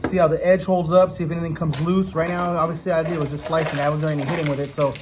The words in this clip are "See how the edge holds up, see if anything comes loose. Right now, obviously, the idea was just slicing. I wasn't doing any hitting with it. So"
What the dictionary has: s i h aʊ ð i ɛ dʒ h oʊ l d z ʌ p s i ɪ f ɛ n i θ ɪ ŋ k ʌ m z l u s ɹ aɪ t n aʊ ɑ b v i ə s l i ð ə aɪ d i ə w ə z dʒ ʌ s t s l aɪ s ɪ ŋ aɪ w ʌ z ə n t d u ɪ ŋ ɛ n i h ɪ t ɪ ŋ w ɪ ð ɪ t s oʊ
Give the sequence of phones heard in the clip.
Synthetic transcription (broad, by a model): s i h aʊ ð i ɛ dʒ h oʊ l d z ʌ p s i ɪ f ɛ n i θ ɪ ŋ k ʌ m z l u s ɹ aɪ t n aʊ ɑ b v i ə s l i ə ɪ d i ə w ə z dʒ ʌ s t s l aɪ s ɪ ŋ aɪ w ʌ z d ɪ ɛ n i h ɪ t ɪ ŋ w ɪ ð ɪ t s oʊ